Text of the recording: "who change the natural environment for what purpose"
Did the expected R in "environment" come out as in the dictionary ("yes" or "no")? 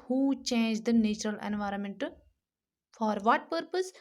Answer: yes